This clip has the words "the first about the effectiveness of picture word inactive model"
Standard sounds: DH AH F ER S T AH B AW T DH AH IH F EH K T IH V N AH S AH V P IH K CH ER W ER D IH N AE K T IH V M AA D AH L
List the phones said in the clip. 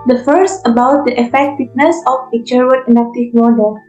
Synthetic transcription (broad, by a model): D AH F ER S T AH B AW T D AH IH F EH K T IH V N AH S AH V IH CH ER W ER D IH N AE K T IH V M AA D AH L